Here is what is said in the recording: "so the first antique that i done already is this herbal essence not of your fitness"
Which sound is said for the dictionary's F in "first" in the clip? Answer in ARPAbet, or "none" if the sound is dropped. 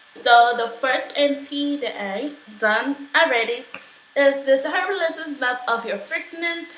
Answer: F